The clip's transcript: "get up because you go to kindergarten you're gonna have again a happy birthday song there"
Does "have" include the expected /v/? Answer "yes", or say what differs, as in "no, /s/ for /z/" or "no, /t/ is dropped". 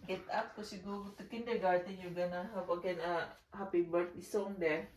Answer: no, /p/ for /v/